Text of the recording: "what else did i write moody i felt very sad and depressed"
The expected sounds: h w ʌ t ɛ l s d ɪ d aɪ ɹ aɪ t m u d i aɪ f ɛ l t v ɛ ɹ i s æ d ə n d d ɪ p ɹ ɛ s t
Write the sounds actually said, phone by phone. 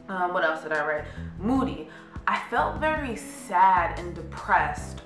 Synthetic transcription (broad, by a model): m w ʌ t ɛ l s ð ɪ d aɪ ɹ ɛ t m u d i aɪ f ɛ l t v ɛ ɹ i s æ d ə n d d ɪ p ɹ ɛ s t